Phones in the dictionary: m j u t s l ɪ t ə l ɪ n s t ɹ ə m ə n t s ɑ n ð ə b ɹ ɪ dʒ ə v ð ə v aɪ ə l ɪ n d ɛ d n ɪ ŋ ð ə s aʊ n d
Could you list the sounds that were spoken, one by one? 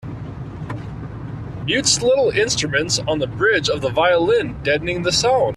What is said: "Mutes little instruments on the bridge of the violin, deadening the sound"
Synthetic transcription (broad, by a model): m j u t s l ɪ t l ɪ n s t ɹ ə m ə n t s n ð ə b ɹ ɪ dʒ ə v ð ə v aɪ ə l ɪ n d ɛ d n ɪ ŋ ð ə s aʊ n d